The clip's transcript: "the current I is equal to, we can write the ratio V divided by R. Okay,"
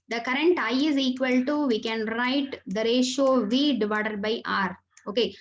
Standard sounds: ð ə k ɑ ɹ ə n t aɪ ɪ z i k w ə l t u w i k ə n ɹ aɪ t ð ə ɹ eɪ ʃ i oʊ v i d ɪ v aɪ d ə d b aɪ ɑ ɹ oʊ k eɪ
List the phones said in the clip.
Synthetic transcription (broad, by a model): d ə k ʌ ɹ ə n t aɪ ɪ z i k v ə l t u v i k ə n ɹ aɪ t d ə ɹ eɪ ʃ oʊ v i d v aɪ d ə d b aɪ ɑ ɹ oʊ k eɪ